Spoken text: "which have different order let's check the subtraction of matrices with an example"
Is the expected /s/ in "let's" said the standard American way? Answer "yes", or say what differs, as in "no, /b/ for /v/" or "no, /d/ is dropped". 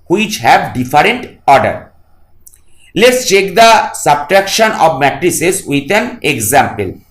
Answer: yes